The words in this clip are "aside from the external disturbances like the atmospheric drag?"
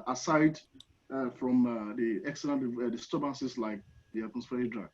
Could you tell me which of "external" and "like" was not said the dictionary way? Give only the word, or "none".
external